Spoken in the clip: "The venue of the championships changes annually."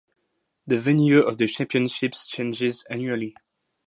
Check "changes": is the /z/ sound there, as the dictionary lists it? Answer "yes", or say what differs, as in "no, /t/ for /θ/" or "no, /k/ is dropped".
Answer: yes